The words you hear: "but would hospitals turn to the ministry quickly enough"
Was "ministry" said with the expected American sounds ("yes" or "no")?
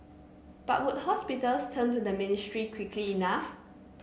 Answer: yes